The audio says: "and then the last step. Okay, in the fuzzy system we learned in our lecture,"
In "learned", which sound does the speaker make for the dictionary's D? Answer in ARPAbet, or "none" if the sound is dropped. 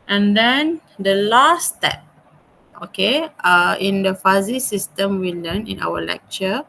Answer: none